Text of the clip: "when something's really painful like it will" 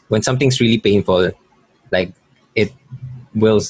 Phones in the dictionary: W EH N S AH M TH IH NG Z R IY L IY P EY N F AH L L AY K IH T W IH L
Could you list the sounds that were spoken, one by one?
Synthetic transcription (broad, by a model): W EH N S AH M T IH NG S R IY L IY P EY N F AH L L AY K IH T W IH L